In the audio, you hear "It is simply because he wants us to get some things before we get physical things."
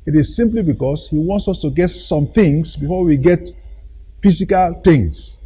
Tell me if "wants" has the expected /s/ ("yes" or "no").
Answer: yes